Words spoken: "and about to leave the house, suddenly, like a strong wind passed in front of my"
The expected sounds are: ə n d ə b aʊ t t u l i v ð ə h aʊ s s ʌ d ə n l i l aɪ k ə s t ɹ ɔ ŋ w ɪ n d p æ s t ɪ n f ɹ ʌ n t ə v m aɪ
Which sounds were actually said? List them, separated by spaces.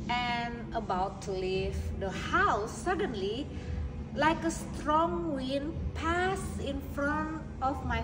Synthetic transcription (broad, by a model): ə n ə b aʊ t t u l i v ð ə h aʊ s s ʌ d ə n l i l aɪ k ə s t ɹ ɔ ŋ w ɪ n p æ s ɪ n f ɹ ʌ n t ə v m aɪ